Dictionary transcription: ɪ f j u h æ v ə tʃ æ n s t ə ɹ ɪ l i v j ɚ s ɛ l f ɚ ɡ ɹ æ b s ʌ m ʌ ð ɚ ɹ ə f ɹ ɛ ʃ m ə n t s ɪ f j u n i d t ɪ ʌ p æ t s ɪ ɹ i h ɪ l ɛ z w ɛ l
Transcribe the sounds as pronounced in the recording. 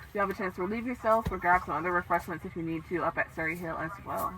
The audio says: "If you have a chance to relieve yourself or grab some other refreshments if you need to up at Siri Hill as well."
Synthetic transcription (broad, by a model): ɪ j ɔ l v ə tʃ æ n s t ə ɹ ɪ l i v j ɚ s ɛ l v ɚ ɡ æ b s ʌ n ʌ ð ɚ ɹ ə f ɹ ɛ ʃ m ə n t s ɪ f j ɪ n i d t ɪ ʌ p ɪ t s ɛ ɹ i h ɪ l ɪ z w ɛ l